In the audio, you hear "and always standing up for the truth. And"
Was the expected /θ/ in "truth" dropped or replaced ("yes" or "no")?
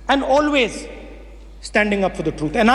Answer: yes